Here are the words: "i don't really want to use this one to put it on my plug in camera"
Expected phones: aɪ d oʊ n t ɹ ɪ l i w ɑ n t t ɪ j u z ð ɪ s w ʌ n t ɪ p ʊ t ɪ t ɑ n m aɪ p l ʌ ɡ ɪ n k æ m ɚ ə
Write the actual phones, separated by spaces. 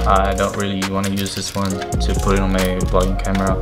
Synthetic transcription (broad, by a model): aɪ d oʊ n t ɹ ɪ l i w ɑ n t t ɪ j u z ð ɪ s w ʌ n t ɪ p ʊ t ɪ t n m aɪ b l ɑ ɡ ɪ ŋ k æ m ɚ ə